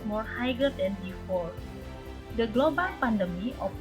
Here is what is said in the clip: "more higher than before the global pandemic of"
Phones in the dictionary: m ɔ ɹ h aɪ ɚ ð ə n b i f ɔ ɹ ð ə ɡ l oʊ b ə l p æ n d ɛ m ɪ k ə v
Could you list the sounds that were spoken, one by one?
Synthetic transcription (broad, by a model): m ɔ ɹ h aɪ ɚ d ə n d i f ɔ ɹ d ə ɡ l oʊ b ə l p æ n d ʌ m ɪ ə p